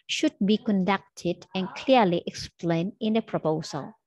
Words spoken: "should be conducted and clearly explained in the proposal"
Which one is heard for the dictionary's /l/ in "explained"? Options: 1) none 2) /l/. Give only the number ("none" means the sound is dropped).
2